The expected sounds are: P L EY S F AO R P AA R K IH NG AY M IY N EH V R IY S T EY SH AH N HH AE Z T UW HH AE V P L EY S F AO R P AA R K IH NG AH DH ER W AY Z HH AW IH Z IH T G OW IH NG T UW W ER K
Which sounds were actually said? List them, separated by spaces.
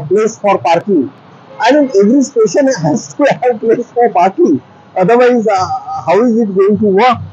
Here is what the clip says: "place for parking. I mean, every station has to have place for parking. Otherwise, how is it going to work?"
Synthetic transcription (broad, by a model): P L EY S F AO R P AA R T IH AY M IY EH V R IY S T EY SH AH N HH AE S T UW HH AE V P L EY S F AO R P AA R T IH AH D ER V AY Z HH AW IH Z IH T G OW IH NG T UW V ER K